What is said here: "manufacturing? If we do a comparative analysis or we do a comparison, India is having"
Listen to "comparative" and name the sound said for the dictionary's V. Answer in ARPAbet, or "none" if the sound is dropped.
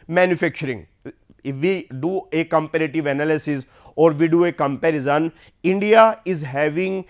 V